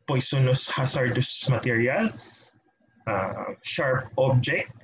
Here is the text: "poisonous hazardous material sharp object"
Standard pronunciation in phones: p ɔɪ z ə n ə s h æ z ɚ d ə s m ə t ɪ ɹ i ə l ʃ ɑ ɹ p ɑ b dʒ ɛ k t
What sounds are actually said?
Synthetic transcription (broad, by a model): p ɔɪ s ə n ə s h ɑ s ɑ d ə s m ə t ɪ ɹ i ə l ʃ ɑ ɹ p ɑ b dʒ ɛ k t